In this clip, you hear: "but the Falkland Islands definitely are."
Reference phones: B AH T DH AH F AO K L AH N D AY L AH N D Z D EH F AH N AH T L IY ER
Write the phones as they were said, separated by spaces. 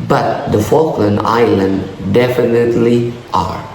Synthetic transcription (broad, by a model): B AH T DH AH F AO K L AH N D AY L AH N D D EH F AH N AH T L IY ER